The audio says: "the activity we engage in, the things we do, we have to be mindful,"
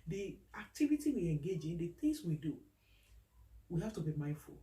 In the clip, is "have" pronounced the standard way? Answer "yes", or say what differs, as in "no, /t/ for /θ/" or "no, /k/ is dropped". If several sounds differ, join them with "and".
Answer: no, /f/ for /v/